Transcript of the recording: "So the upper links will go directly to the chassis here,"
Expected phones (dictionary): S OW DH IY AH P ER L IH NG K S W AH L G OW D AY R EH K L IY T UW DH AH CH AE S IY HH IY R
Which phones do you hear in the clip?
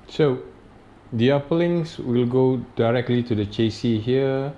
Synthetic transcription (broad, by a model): S OW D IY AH P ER L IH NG S W AH L G OW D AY R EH K L IY T UW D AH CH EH S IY HH IY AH